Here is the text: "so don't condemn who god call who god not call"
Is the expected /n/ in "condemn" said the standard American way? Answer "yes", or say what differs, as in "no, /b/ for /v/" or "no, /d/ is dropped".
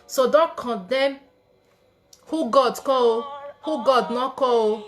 no, /n/ is dropped